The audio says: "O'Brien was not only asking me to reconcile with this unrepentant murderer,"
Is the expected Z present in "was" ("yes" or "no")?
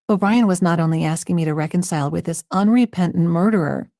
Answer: yes